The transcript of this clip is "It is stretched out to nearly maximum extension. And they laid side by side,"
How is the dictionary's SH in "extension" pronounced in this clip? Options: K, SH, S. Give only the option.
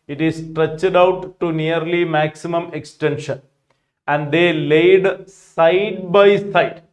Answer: SH